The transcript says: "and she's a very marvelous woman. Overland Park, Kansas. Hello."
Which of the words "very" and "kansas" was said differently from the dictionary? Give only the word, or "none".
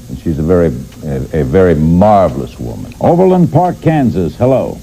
none